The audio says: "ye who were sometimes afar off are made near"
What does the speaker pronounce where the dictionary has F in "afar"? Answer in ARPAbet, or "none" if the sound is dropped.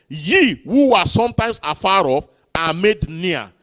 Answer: F